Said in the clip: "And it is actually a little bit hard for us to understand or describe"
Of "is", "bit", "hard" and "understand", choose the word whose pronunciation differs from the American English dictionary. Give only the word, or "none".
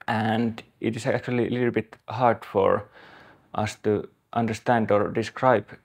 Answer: is